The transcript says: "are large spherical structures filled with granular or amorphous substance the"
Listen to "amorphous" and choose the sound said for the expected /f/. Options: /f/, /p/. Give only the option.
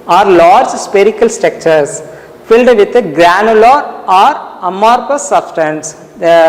/p/